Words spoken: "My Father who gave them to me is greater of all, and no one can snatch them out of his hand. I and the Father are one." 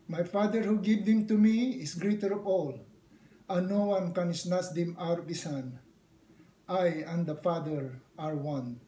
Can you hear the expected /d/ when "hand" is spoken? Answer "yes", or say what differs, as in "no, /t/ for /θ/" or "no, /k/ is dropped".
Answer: no, /d/ is dropped